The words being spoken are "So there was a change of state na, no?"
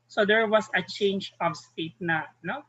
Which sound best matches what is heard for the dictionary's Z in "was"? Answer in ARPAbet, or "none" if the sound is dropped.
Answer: S